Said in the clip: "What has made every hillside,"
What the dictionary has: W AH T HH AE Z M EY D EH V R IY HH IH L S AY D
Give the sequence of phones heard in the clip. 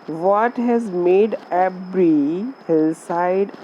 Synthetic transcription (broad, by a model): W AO T HH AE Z M EY D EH B R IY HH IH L S AY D